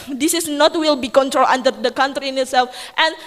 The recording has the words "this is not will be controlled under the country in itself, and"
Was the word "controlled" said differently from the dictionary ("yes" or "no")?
yes